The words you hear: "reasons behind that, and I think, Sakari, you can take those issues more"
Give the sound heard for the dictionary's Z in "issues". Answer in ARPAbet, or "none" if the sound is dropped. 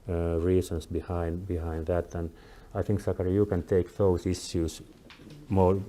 S